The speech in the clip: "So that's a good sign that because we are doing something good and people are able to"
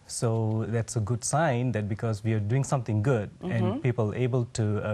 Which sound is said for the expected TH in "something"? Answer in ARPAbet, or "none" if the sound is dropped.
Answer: T